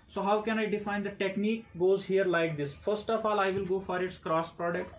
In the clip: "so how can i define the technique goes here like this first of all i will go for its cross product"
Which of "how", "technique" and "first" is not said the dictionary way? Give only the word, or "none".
none